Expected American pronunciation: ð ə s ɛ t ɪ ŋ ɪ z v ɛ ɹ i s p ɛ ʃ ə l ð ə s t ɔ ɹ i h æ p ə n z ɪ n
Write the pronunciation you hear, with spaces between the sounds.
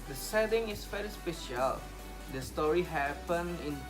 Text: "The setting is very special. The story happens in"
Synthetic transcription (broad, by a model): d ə s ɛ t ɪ ŋ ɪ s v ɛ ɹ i s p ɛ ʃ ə l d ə s t ɔ ɹ i h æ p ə n ɪ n